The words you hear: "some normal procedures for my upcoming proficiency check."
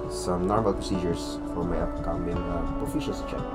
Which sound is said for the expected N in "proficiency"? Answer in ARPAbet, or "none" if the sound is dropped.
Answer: L